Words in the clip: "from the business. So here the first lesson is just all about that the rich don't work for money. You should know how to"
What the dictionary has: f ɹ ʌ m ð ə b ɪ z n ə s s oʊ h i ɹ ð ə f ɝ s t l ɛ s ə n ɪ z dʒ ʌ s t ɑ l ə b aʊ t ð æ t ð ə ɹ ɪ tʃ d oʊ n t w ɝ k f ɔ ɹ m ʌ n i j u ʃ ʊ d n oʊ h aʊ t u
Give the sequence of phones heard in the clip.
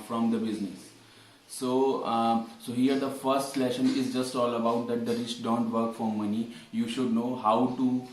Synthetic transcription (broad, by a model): f ɹ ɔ m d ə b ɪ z n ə s s oʊ h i ɹ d ə f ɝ s t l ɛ ʃ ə n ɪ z dʒ ʌ s t ɑ l ə b aʊ t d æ t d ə ɹ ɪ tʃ d oʊ n t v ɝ k f ɔ ɹ m ʌ n i j u ʃ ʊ d n oʊ h aʊ t u